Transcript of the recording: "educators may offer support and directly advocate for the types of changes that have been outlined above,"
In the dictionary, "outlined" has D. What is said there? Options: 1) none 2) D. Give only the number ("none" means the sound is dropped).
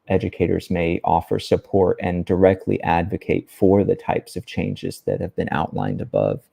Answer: 2